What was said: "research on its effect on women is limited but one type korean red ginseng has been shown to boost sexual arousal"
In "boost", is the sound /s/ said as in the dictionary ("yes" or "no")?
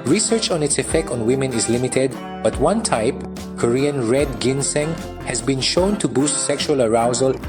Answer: yes